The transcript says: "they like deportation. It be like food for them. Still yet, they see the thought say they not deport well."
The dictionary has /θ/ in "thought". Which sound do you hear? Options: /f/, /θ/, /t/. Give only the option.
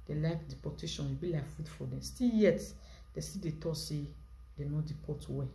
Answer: /t/